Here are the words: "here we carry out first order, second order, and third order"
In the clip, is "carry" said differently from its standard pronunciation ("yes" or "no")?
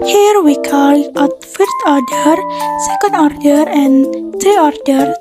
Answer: yes